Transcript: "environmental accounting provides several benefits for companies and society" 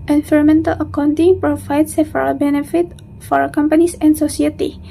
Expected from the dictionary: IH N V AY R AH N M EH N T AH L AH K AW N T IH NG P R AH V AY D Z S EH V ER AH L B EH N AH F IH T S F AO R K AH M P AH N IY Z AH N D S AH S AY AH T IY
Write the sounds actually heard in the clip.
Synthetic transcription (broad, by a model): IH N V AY R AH M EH N T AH L AH K AW N T IH NG P R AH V AY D S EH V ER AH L B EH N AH F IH T F AO R K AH M P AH N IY S AH N D S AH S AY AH T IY